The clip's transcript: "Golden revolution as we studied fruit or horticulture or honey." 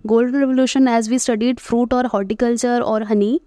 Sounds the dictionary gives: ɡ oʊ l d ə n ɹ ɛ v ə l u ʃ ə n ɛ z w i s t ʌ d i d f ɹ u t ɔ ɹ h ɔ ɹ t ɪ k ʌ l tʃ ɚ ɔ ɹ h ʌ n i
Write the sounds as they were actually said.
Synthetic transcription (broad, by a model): ɡ oʊ l d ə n ɹ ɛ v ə l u ʃ ə n ɛ z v i s t ʌ d i d f ɹ u t ɔ ɹ h ɔ ɹ t ɪ k ʌ l tʃ ɚ ɔ ɹ h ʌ n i